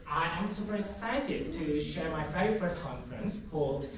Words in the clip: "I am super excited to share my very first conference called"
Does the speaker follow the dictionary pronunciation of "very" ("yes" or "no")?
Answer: no